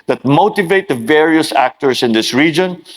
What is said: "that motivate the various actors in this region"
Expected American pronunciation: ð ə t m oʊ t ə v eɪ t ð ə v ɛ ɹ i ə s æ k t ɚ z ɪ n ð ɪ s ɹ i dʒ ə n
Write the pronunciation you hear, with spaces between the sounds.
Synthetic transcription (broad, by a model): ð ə t m oʊ t ə v eɪ t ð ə v ɛ ɹ i ə s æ k t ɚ s ɪ n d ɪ s ɹ i dʒ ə n